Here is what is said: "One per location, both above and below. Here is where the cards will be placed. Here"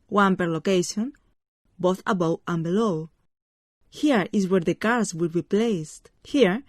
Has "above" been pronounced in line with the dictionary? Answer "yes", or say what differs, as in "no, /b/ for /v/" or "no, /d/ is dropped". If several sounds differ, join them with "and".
no, /w/ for /v/